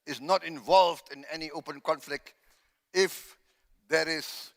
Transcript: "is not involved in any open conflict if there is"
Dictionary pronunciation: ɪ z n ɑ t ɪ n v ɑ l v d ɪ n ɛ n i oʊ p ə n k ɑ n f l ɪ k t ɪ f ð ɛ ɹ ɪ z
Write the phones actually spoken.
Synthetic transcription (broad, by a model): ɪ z n ɑ t ɪ n v ɑ l v d ɪ n ɛ n i oʊ p ə n k ɑ n f l ɪ k t ɪ f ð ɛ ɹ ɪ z